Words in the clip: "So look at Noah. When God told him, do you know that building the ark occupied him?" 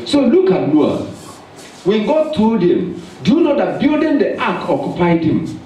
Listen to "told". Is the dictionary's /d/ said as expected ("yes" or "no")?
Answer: yes